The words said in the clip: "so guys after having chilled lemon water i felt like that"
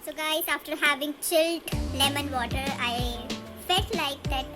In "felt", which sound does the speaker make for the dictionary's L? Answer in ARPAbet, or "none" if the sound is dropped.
none